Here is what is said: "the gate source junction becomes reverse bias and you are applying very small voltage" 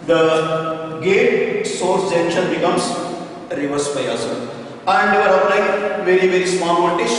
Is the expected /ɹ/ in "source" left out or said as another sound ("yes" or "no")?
no